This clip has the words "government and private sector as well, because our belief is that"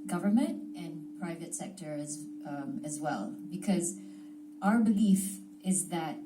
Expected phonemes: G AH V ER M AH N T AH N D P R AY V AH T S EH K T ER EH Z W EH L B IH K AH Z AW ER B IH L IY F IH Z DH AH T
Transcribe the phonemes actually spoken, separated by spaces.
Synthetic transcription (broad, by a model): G AH V ER M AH N T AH N P R AY V AH T S EH K T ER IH Z W EH L B IH K AH Z AW ER B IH L IY F IH Z DH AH T